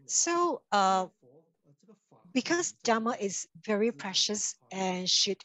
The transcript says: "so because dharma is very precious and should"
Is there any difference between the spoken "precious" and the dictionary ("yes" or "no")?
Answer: no